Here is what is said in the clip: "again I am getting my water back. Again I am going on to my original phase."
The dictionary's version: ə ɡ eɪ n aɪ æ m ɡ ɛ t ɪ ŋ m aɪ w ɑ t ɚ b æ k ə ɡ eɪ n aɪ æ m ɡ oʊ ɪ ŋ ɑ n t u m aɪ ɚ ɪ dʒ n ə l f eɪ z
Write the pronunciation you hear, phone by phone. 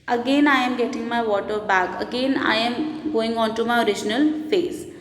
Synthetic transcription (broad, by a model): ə ɡ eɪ n aɪ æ m ɡ ɛ t ɪ ŋ m aɪ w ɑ t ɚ b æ k ə ɡ eɪ n aɪ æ m ɡ oʊ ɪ ŋ ɑ n t u m aɪ ɚ ɪ dʒ n ə l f eɪ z